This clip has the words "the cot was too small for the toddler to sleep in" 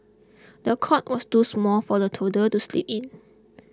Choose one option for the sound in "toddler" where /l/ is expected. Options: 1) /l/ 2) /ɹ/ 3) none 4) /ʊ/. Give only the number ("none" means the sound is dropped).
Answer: 3